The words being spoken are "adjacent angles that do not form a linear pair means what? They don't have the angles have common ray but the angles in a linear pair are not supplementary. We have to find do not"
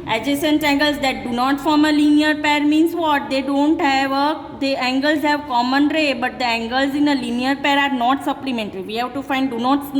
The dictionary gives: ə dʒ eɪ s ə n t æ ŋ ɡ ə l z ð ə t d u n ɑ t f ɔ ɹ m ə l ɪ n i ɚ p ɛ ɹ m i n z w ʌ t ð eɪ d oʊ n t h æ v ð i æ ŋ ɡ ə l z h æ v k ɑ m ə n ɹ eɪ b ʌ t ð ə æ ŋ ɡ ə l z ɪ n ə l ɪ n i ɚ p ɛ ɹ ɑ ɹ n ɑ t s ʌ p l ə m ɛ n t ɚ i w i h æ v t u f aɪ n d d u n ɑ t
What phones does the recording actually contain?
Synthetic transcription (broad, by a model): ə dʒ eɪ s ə n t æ ŋ ɡ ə l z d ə t d u n ɑ t f ɔ ɹ m ə l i n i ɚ p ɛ ɹ m i n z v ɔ t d eɪ d oʊ n t h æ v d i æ ŋ ɡ ə l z h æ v k ɑ m ə n ɹ eɪ b ʌ t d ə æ ŋ ɡ ə l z ɪ n ə l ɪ n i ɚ p ɛ ɹ ɑ ɹ n ɑ t s ʌ p l ə m ɛ n t ɚ i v i h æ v t u f aɪ n d d u n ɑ t